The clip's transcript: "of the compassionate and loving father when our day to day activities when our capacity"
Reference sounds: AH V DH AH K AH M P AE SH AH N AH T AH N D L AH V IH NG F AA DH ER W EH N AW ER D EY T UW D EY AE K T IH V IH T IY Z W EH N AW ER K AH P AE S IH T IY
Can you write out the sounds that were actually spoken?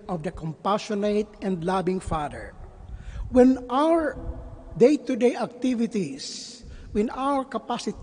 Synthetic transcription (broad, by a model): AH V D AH K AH M P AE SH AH N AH T AH N D L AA B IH NG F AA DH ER W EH N AW ER D EY T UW D EY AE K T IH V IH T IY S W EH N AW ER K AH P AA S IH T